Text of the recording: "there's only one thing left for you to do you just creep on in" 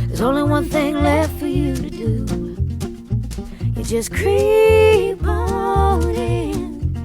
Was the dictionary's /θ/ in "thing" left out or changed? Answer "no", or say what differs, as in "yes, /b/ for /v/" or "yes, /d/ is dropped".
no